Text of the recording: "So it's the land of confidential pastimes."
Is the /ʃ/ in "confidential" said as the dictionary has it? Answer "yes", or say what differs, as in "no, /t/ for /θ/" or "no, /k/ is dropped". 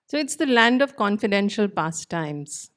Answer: yes